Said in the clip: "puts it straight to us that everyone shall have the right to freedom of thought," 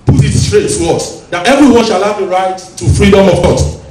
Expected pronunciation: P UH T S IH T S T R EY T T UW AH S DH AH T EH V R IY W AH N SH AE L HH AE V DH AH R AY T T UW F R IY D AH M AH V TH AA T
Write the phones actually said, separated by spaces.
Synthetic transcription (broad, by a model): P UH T IH T S T R EY T T UW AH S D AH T EH V R IY W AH N SH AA L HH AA V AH R AY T T UW F R IY D AH M AH V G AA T